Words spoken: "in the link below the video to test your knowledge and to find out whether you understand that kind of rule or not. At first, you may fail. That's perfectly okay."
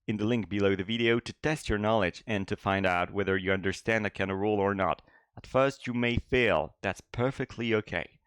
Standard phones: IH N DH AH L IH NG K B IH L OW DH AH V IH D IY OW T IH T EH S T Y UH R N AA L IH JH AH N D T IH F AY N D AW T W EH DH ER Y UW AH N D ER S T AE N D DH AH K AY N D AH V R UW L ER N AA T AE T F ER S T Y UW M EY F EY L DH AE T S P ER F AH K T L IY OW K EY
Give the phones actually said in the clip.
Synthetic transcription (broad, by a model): IH N DH AH L IH NG K B IH L OW DH AH V IH D IY OW T IH T EH S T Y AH R N AA L IH JH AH N T IH F AY N D AW T W EH DH ER Y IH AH N D ER S T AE N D DH AH K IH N AH R UW L ER N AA T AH T F ER S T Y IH M EY F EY L DH AE T S P ER F AH K T L IY OW K EY